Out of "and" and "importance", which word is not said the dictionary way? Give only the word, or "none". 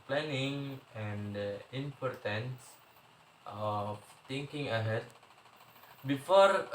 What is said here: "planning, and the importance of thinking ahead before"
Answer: none